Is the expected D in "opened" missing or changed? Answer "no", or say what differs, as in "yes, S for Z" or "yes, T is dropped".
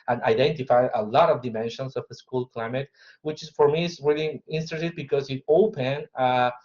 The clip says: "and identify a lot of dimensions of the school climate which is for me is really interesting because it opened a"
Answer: yes, D is dropped